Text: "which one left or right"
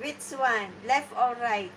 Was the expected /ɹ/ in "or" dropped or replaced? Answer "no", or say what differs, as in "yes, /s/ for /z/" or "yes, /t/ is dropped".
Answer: yes, /l/ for /ɹ/